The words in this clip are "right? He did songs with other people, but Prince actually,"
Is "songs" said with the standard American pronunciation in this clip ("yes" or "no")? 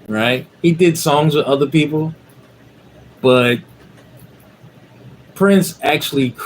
yes